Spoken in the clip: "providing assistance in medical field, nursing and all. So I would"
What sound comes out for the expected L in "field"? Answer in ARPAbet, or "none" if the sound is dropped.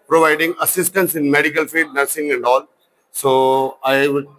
none